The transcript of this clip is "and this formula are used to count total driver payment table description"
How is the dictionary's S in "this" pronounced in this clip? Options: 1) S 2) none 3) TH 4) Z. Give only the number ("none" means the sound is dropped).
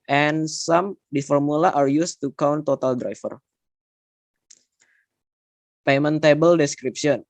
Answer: 2